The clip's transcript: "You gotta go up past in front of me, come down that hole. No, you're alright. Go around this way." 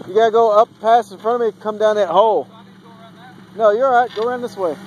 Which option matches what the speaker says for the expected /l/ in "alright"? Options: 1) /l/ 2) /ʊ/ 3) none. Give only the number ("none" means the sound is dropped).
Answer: 3